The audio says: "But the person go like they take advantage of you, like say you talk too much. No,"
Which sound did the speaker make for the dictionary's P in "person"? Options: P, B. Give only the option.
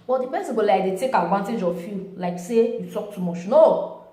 B